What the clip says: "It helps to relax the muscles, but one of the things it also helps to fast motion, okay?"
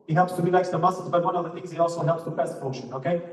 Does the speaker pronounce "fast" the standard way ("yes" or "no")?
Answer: no